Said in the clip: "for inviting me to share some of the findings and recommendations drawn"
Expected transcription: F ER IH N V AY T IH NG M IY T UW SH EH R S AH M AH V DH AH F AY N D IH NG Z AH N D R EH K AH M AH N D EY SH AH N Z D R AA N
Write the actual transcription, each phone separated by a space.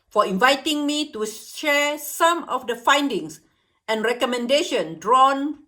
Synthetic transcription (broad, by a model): F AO IH N V AY T IH NG M IY T UW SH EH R S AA M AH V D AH F AY N D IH NG S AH N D R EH K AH M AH N D EY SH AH N D R AA N